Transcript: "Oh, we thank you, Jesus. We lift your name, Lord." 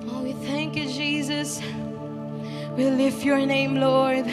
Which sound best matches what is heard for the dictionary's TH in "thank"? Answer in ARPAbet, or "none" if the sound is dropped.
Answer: TH